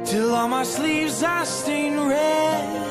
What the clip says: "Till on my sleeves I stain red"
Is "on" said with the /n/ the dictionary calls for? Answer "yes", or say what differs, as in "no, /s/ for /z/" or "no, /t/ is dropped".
no, /l/ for /n/